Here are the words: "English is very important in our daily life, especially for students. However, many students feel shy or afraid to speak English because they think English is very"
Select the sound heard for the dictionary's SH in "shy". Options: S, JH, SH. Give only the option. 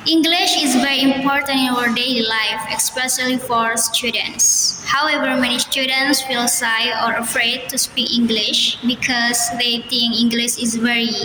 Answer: S